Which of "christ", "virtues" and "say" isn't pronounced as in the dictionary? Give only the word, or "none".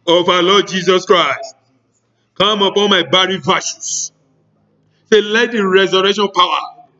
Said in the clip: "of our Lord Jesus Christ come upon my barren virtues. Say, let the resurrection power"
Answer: virtues